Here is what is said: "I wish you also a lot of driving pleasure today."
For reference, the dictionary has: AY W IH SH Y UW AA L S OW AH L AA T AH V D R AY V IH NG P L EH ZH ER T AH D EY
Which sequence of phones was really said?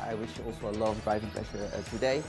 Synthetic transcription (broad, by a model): AY W IH SH AA L S OW AH L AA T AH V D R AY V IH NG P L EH S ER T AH D EY